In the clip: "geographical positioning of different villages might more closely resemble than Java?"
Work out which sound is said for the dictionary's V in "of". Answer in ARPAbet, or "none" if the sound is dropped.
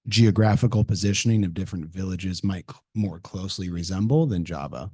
V